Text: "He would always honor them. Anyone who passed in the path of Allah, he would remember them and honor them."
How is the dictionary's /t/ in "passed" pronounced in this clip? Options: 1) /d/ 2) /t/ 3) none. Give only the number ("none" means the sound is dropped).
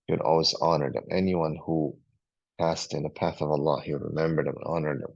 2